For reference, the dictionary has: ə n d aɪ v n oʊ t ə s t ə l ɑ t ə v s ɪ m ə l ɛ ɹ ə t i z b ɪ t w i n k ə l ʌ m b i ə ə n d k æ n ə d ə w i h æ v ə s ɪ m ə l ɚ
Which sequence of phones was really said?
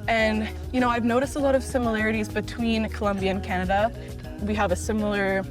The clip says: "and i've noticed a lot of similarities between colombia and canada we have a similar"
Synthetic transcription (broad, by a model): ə n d aɪ v n oʊ t ə s t ə l ɑ t ə v s ɪ m ə l ɛ ɹ ə t i z b ɪ t w i n k ə l ʌ m b i ə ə n k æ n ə d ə w i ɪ v ə s ɪ m l ɚ